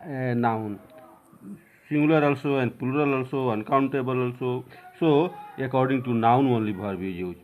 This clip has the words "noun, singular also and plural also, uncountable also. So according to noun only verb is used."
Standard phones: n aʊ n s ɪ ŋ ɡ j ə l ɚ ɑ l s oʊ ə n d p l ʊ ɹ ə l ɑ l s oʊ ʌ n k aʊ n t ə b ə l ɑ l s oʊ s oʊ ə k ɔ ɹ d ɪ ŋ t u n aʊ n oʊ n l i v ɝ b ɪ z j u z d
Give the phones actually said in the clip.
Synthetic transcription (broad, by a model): n aʊ n s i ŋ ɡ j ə l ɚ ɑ l s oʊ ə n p l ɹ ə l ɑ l s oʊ ʌ n k aʊ n t ə b ə l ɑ l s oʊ s oʊ ə k ɔ ɹ d ɪ ŋ t u n aʊ n oʊ n l i b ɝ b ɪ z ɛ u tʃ